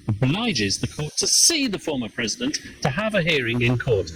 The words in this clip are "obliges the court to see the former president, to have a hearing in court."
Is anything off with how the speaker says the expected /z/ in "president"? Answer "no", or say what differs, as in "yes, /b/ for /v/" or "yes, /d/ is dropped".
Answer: no